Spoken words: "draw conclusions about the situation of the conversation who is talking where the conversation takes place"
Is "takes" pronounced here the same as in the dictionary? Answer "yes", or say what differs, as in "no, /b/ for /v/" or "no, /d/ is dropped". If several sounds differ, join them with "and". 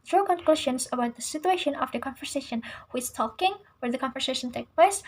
no, /s/ is dropped